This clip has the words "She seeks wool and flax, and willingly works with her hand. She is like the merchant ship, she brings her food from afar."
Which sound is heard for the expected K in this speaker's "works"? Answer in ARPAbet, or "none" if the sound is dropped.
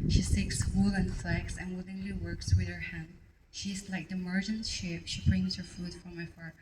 K